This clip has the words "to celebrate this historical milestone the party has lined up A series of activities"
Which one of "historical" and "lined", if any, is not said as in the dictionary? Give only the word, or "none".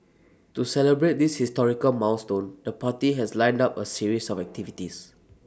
none